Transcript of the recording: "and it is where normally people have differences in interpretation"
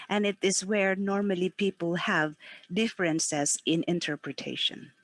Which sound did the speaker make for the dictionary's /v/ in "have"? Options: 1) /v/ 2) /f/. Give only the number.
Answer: 1